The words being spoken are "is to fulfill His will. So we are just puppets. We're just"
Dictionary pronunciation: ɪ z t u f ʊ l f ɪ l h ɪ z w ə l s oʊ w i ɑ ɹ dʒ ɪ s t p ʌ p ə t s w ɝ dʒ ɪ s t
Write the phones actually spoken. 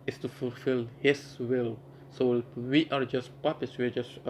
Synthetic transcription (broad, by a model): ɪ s t u f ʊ l f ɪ l h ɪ s w ə l s oʊ w i ɑ ɹ dʒ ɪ s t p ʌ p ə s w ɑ dʒ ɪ s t